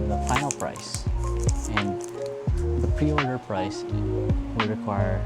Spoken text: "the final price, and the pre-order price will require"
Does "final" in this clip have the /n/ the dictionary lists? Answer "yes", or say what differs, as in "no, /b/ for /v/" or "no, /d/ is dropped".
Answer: no, /n/ is dropped